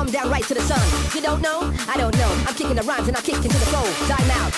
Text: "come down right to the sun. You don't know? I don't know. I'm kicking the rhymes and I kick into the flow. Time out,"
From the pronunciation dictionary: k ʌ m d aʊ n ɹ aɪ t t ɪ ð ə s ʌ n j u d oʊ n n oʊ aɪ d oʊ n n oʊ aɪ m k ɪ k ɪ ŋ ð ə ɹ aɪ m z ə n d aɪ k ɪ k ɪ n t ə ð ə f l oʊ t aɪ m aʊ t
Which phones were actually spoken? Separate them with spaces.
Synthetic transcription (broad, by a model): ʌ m d aʊ n ɹ aɪ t t ɪ ð ə s ʌ n j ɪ d oʊ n n oʊ aɪ d oʊ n n oʊ aɪ m k ɪ k ɪ ŋ ð ə ɹ aɪ m z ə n aɪ k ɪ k ɪ n t ə ð ə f oʊ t aɪ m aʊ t